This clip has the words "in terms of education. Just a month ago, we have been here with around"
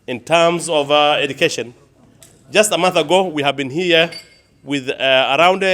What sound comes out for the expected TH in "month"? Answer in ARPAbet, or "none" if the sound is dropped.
TH